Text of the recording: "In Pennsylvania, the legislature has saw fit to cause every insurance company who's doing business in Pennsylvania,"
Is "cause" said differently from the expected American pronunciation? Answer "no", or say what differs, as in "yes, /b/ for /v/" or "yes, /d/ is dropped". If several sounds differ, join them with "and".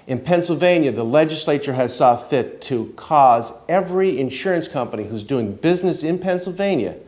no